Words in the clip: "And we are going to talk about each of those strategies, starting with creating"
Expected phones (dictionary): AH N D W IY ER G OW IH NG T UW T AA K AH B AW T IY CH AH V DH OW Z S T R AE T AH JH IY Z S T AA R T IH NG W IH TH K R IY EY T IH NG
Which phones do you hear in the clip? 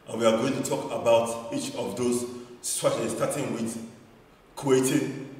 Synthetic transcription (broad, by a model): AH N W IY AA G OW IH NG T UW T AA K AH B AW T IY CH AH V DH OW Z S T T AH CH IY S T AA T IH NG W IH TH K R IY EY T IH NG